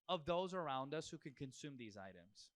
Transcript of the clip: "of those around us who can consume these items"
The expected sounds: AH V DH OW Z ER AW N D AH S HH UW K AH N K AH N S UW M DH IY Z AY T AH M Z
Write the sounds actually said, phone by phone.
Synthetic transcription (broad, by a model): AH V DH OW Z ER AW N D AH S HH UW K AH N K AH N S UW M DH IY Z AY T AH M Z